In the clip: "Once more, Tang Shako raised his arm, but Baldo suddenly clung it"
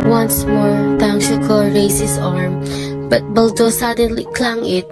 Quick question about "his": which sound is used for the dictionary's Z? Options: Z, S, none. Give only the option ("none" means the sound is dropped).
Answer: S